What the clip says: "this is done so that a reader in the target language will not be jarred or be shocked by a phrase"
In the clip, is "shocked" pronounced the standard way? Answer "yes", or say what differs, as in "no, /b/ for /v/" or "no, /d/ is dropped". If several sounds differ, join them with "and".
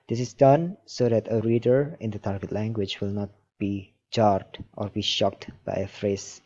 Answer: yes